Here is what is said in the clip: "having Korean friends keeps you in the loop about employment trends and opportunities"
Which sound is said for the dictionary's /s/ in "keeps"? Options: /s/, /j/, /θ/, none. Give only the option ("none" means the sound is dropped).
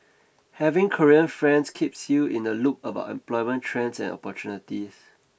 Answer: /s/